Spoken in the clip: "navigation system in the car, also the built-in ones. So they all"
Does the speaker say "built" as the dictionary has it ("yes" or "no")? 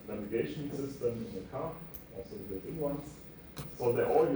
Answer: no